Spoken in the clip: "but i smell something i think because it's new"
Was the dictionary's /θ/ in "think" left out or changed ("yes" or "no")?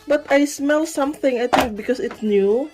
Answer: yes